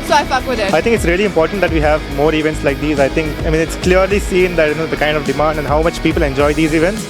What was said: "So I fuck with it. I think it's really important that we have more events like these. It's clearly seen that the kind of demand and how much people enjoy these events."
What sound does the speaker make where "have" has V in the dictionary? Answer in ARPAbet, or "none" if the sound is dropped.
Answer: V